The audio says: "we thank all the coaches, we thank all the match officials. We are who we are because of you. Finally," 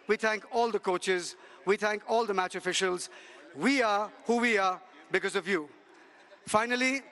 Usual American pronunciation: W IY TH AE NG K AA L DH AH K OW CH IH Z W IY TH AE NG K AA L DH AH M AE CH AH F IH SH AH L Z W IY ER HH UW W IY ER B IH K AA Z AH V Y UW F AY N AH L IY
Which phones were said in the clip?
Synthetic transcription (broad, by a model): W IY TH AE NG K AA L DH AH K OW CH IH Z W IY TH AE NG K AA L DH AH M AE CH AH F IH SH AH L Z W IY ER HH UW W IY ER B IH K AA Z AH V Y UW F AY N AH L IY